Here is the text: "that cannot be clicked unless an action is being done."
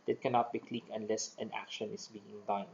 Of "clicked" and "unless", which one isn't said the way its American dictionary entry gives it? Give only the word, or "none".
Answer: clicked